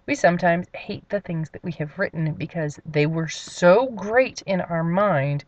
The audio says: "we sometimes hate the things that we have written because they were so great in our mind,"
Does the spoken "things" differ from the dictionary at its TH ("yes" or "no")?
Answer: no